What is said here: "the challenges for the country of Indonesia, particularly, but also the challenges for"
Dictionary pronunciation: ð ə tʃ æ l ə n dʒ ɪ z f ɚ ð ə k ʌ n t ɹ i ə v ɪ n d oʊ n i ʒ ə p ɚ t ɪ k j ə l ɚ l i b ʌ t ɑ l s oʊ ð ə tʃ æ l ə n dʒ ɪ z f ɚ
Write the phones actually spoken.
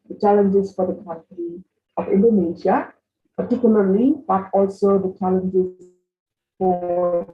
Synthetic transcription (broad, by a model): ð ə tʃ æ l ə n dʒ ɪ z f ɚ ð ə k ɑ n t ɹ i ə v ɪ n d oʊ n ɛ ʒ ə p ɚ t ɪ k j ə l ɚ l i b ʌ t ɑ l s oʊ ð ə tʃ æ l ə n dʒ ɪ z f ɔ